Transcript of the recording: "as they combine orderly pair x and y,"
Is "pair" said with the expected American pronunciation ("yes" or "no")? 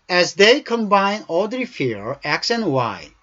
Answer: no